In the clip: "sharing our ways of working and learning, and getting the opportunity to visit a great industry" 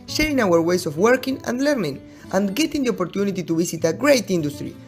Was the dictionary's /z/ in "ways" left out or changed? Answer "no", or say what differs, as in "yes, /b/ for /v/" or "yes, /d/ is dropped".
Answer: yes, /s/ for /z/